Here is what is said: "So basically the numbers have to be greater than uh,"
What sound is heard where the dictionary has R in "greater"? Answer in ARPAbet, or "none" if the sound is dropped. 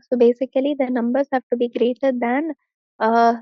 R